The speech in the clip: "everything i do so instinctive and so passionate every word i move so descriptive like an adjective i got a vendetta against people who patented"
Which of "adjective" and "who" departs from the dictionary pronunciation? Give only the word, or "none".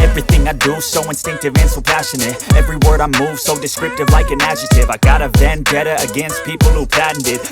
adjective